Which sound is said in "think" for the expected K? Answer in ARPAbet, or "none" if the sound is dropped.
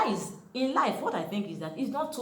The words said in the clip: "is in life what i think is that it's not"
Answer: K